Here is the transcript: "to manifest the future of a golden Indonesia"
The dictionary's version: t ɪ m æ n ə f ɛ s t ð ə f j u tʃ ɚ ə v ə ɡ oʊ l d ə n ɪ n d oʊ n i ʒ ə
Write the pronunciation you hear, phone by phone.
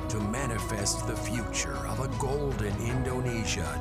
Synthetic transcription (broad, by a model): t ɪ m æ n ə f ɛ s t ð ə f j u tʃ ɚ ə v ə ɡ oʊ l d ə n ɪ n d oʊ n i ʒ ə